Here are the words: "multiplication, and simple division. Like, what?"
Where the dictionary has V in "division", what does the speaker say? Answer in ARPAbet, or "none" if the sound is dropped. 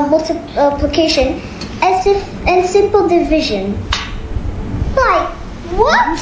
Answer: V